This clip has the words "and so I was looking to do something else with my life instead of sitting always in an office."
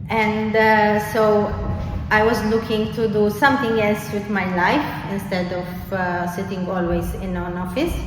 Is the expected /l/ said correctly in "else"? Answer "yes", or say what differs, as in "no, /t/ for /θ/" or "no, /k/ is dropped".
yes